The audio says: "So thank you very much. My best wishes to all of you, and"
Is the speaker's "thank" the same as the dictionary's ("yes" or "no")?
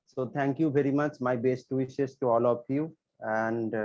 no